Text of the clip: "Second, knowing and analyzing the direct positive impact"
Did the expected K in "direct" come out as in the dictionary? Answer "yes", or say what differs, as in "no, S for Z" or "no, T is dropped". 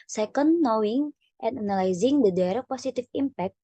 no, K is dropped